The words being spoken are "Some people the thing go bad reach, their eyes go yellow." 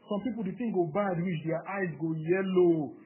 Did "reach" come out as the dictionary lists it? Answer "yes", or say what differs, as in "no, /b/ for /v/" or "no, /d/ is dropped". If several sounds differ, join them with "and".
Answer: no, /w/ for /ɹ/